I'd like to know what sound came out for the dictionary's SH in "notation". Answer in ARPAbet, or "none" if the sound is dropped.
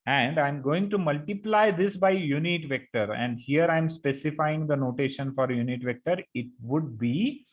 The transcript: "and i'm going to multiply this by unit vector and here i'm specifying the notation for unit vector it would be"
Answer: SH